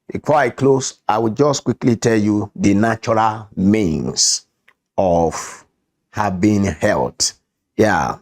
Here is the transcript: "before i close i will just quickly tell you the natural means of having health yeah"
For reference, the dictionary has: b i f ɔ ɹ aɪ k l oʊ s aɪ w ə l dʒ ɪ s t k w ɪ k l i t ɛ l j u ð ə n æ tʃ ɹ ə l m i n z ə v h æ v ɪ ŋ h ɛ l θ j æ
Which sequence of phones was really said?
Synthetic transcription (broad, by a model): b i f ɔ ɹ aɪ k l oʊ s aɪ w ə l dʒ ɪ s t k w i k l i t ɛ l j u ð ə n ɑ tʃ ɹ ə l m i n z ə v h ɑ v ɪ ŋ h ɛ l t j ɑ